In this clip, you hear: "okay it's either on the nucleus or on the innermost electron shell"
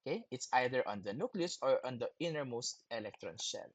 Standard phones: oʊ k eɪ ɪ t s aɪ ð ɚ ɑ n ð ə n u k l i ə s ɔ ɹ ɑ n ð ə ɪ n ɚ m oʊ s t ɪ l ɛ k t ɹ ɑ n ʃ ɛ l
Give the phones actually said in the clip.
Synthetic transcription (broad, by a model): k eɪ ɪ t s aɪ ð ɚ ɑ n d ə n u k l i ə s ɔ ɹ ɑ n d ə ɪ n ɚ m oʊ s t ɪ l ɛ k t ɹ ɑ n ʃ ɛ l